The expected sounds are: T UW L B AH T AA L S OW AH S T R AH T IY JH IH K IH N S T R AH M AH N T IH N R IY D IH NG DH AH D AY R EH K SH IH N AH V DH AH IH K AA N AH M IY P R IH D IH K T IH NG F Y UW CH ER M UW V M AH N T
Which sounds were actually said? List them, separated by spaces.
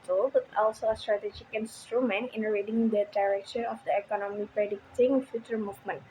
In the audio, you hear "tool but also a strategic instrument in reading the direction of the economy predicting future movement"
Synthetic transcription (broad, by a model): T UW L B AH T AA L S OW AH S T R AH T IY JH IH K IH N S T R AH M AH N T IH N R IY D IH NG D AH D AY R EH K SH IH N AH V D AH IH K AA N AH M IY P R IH D IH K T IH NG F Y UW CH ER M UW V M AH N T